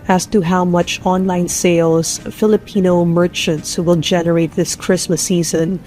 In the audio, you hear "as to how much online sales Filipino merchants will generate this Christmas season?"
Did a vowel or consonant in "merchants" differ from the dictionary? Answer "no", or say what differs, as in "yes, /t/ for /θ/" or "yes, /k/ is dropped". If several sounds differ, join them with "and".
no